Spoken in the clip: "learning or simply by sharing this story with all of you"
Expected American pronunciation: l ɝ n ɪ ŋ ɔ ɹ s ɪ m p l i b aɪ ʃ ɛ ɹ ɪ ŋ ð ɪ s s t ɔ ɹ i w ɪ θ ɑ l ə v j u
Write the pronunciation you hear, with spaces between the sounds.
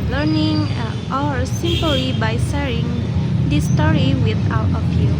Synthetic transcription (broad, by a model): l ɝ n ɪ ŋ ɔ ɹ s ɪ m p l i b aɪ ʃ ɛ ɹ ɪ ŋ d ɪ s s t ɔ ɹ i w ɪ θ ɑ w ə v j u